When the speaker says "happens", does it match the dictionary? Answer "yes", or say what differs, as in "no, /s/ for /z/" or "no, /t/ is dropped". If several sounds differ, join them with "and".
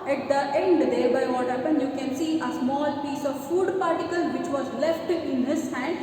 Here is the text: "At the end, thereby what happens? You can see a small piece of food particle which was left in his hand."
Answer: no, /z/ is dropped